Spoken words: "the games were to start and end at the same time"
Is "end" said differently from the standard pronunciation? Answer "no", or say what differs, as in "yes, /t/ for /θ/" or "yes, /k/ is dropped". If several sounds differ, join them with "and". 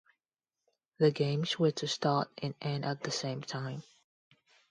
yes, /d/ is dropped